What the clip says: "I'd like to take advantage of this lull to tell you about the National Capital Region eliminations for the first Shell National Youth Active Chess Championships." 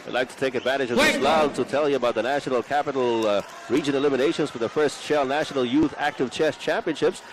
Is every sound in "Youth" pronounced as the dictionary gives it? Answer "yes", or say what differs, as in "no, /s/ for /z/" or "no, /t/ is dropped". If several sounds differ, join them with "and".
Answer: yes